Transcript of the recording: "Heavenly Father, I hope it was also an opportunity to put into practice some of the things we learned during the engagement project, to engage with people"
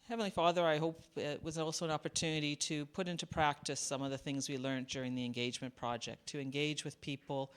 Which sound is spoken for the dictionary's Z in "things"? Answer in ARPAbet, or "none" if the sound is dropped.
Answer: Z